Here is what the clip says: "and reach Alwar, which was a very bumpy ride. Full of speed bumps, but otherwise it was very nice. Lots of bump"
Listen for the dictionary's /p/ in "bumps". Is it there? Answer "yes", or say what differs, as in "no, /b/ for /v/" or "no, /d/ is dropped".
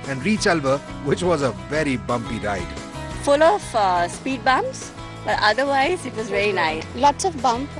no, /p/ is dropped